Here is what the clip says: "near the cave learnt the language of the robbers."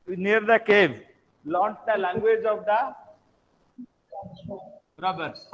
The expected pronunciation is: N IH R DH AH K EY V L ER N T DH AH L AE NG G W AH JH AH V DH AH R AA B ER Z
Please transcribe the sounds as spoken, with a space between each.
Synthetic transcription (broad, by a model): N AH R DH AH K EY V L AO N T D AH L AE NG G W AH JH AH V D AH R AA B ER